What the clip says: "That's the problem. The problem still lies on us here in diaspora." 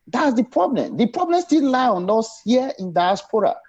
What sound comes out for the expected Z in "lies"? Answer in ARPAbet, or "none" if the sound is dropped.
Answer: none